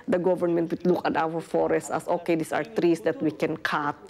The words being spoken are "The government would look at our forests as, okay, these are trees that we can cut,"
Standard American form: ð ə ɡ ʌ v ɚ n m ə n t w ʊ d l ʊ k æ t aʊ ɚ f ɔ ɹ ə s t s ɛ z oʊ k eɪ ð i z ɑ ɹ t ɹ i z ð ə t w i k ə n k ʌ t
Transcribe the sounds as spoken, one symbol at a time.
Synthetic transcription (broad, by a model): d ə ɡ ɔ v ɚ n m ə n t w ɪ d l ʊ k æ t aʊ ɚ f ɔ ɹ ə s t ɛ s oʊ k eɪ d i s ɑ ɹ t ɹ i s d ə t w i k ə n k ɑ t